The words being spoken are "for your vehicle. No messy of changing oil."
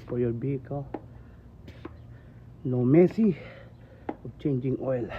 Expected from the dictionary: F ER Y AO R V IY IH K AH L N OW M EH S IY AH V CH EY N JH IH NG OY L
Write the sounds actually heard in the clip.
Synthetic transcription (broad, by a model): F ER Y AO R B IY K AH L N OW M EH S IY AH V CH EY N JH IH NG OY L